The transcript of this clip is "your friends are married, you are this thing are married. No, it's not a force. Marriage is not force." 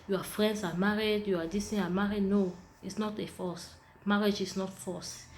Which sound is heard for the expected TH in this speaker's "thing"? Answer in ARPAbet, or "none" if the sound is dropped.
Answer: T